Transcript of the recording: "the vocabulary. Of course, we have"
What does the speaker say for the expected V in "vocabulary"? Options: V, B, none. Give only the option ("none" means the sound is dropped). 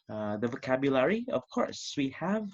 V